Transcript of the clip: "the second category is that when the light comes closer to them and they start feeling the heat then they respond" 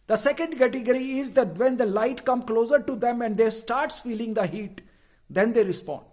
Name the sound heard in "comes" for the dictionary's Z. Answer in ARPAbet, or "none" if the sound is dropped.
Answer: none